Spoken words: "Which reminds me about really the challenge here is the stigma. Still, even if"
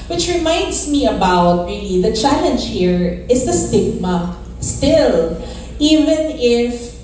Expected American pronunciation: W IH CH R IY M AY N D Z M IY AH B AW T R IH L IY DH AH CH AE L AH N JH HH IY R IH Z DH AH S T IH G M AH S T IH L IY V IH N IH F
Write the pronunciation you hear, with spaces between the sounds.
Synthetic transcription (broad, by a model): W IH CH R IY M AY N D S M IY AH B AW T R IH L IY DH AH CH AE L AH N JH HH IY R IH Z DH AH S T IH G M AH S T IH L IY V IH N IH F